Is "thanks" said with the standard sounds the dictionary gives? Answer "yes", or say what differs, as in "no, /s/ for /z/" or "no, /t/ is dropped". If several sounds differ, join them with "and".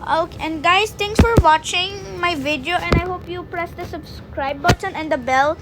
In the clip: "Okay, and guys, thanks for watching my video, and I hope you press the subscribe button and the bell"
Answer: no, /t/ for /θ/ and /k/ is dropped